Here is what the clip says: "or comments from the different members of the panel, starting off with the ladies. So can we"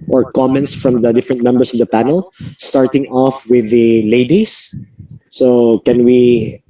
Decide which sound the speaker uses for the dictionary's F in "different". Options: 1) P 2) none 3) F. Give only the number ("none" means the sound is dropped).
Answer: 3